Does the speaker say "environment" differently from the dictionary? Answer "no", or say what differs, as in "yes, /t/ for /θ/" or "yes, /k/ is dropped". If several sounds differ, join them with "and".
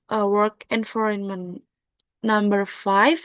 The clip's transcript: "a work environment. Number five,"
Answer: yes, /f/ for /v/